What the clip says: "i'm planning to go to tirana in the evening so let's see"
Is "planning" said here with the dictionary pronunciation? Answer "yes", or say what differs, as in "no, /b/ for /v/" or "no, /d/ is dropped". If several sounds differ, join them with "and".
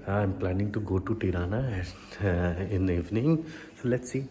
yes